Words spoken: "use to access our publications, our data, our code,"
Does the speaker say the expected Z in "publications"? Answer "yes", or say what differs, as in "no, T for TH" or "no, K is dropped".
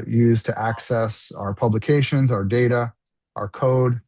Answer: yes